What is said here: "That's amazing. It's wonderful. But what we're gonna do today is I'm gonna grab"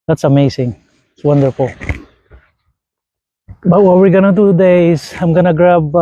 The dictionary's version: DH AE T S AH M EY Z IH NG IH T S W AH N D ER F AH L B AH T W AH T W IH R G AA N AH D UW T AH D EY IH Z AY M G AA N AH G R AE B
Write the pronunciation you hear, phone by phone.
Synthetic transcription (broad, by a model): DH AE T S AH M EY S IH NG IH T S W AH N D ER F AH L B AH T W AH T W IH R G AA N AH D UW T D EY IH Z AY M G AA N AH G R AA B